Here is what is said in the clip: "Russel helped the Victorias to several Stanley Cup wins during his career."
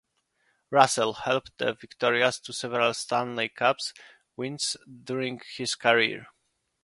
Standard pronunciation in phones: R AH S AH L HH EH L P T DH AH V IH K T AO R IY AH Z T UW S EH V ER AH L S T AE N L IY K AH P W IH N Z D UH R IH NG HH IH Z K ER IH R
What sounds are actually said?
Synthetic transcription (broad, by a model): R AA S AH L HH EH L P T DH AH V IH K T AO R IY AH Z T UW S EH V ER AH L S T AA N L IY K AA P W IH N S D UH R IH NG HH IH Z K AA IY R